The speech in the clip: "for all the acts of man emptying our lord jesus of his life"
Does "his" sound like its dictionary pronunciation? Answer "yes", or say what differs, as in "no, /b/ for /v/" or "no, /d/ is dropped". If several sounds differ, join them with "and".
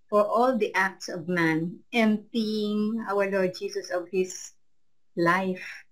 no, /s/ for /z/